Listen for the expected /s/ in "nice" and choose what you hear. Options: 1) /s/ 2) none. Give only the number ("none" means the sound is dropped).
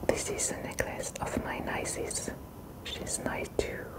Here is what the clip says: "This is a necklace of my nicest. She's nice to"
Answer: 2